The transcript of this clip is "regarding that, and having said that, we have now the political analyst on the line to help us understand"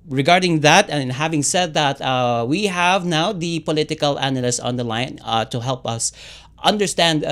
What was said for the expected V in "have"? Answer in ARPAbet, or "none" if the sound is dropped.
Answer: V